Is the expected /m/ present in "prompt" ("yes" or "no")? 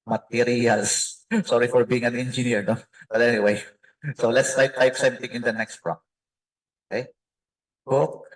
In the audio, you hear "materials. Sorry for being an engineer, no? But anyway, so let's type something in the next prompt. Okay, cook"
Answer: no